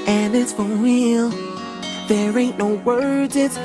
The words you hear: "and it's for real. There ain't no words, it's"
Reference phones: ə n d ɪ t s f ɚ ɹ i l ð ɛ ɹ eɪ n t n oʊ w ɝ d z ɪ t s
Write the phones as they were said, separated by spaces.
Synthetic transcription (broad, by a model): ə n ɪ t s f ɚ w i l ð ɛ ɹ eɪ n n oʊ w ɝ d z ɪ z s